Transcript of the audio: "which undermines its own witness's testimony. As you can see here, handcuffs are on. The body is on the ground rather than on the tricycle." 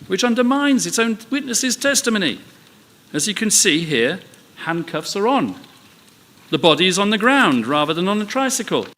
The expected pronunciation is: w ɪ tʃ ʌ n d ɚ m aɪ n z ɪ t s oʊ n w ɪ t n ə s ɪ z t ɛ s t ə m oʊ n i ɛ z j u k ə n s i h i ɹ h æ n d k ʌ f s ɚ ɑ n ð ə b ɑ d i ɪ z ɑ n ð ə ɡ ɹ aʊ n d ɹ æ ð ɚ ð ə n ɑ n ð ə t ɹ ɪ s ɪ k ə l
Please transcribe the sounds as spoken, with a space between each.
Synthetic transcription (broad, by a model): w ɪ tʃ ʌ n d ɚ m aɪ n z ɪ t s oʊ n w ɪ t n ə s ɪ z t ɛ s t ə m oʊ n i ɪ z j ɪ k ə n s i h i ɹ h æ n k ʌ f s ɚ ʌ n ð ə b ɑ d i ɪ z n ð ə ɡ ɹ aʊ n d ɹ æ ð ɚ ð ə n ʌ n ð ə t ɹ ɪ s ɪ k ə l